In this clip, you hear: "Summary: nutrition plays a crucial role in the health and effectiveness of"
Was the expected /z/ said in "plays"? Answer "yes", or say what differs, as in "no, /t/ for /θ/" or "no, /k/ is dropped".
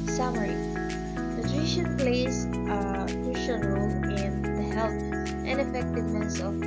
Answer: no, /z/ is dropped